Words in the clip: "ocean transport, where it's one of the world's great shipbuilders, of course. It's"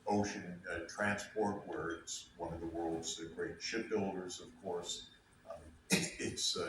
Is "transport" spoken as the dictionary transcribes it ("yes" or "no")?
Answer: yes